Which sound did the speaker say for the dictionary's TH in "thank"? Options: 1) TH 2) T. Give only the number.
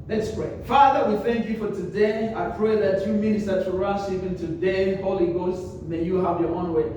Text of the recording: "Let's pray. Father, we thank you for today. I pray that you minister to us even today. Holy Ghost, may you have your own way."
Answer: 1